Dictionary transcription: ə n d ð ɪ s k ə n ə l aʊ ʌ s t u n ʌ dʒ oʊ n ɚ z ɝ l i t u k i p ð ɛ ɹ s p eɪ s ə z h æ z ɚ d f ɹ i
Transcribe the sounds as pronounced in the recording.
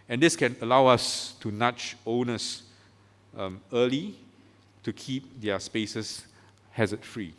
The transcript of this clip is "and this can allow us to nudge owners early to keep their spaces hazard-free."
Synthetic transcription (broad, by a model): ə n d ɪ s k ə n ə l aʊ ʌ s t u n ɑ tʃ oʊ n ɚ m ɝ l i t u k i p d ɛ s p eɪ s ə s h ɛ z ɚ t f ɹ i